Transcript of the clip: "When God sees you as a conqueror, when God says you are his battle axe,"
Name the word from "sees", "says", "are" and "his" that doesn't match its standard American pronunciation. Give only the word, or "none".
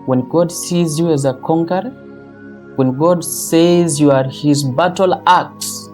none